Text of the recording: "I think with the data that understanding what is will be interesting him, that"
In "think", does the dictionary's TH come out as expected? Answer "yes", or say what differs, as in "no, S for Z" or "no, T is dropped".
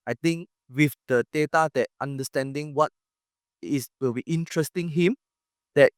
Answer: no, T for TH